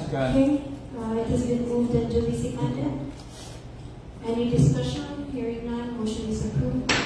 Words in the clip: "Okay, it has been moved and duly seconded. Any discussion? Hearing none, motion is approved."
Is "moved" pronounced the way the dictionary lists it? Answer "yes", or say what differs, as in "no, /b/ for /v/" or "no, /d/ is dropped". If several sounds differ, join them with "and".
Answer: yes